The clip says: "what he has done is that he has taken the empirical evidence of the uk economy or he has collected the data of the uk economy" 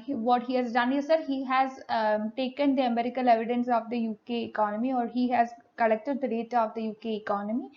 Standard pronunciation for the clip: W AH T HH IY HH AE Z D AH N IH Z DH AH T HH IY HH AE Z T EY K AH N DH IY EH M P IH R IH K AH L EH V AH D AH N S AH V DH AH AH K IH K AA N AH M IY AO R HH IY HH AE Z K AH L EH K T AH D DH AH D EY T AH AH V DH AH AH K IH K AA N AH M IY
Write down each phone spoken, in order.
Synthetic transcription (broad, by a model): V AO T HH IY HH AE Z D AH N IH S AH T HH IY HH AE Z T EY K AH N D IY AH M EH R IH K AH L EH V AH D AH N S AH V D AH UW K IH K AA N AH M IY AO R HH IY HH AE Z K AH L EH K T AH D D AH D EY T AH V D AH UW K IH K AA N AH M IY